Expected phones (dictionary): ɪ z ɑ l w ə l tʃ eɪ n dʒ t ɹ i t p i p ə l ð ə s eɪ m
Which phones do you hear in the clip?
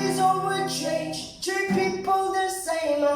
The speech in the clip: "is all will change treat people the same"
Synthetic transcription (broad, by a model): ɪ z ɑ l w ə tʃ eɪ n dʒ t u p i p ə l ð ə s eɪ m